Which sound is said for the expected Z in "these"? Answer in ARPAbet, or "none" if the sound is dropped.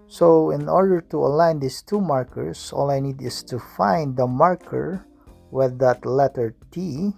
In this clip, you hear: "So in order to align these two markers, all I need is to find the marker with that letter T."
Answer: S